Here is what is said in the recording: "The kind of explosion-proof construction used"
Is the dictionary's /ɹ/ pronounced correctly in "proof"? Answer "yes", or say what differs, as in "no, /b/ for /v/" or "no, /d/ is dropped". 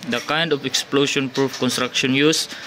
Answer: yes